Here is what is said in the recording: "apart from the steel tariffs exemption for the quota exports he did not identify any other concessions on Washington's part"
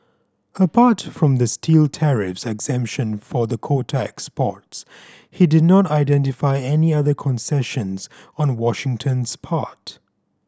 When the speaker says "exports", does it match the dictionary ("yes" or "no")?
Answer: yes